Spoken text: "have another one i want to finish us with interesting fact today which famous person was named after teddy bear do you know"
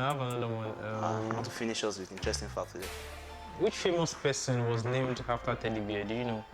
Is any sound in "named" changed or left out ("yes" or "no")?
no